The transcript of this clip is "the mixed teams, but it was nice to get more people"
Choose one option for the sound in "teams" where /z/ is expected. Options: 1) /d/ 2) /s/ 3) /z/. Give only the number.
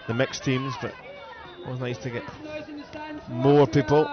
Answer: 3